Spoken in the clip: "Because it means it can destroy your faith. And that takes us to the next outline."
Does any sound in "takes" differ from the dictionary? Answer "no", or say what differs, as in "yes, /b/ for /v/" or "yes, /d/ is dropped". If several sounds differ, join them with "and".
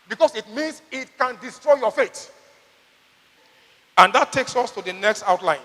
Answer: no